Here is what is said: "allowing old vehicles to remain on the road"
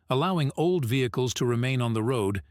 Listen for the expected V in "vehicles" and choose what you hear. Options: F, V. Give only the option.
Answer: V